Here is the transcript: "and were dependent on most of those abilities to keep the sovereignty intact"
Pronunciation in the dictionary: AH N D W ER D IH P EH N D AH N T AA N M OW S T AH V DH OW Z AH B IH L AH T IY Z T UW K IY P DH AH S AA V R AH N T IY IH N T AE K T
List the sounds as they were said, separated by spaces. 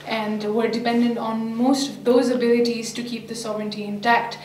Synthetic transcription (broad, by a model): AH N D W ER D IH P EH N D AH N T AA N M OW S T AH V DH OW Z AH B IH L AH T IY Z T UW K IY P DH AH S AA V R AH N T IY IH N T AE K T